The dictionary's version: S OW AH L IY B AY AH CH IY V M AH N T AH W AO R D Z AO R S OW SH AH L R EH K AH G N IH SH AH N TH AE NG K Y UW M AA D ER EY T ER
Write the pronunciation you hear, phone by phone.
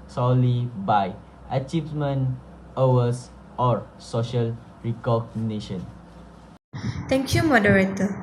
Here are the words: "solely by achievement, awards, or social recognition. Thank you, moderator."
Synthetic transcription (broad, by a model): S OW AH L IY B AY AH CH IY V M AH N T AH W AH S AO R S OW SH AH L R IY K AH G N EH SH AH N T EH NG K Y UW M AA D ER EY T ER